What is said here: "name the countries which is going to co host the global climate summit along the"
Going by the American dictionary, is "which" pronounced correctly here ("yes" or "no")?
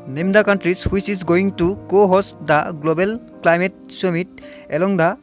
no